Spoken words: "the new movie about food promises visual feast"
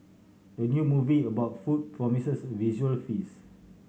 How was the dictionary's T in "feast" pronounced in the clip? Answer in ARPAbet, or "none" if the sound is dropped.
none